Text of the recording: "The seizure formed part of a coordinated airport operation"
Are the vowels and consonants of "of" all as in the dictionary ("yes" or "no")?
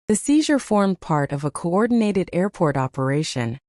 yes